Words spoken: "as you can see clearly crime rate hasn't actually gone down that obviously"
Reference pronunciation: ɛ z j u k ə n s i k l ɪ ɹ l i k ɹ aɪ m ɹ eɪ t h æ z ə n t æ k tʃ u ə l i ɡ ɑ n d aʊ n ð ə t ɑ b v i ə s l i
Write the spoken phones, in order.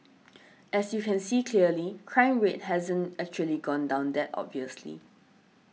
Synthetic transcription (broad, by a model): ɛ s j u k ə n s i k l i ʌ l i k ɹ aɪ m ɹ eɪ t h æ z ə n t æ k tʃ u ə l i ɡ ɑ n d aʊ n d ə t ɑ b v i ə s l i